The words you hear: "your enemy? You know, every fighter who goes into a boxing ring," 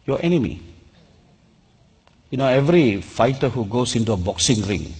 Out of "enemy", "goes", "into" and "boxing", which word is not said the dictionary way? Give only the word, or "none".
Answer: goes